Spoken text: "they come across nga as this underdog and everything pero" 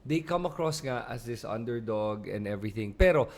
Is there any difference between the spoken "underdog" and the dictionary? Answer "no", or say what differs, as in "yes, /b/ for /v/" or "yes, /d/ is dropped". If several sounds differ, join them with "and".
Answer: no